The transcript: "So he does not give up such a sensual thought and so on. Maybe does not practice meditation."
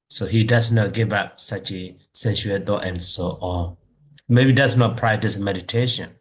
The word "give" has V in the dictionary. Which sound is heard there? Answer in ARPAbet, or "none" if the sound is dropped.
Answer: V